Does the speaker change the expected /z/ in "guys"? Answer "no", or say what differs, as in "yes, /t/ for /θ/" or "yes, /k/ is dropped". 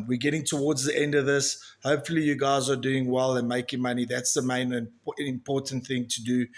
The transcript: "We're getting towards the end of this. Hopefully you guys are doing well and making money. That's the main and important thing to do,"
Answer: no